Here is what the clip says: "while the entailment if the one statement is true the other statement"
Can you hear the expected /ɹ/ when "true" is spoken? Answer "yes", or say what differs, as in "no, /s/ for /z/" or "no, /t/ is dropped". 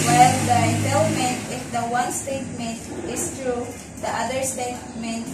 yes